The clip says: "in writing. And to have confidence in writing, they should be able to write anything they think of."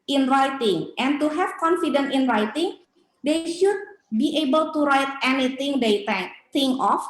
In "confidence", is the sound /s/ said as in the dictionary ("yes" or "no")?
no